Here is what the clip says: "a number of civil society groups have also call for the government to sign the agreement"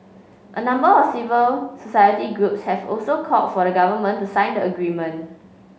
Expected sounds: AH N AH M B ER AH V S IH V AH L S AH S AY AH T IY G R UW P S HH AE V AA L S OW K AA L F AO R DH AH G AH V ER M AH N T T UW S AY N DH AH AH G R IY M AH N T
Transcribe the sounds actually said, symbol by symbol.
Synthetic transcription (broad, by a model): AH N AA M B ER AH F S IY V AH L S AH S AY AH T IY G R UW P S HH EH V AA L S OW K AA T F AO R AH G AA V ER M AH N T T UW S AY N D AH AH G R IY M AH N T